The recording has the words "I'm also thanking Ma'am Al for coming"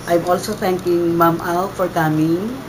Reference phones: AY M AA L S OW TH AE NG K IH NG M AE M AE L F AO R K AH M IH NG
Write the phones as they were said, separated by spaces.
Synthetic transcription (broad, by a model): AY M AA L S OW T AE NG K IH NG M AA M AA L F AO R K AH M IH NG